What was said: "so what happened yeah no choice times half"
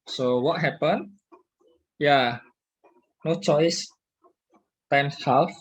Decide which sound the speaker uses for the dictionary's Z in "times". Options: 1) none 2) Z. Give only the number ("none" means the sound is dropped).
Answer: 1